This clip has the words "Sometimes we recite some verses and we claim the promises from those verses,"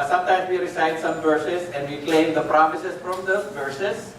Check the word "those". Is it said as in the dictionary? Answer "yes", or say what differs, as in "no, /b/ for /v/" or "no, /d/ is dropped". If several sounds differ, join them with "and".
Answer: no, /z/ is dropped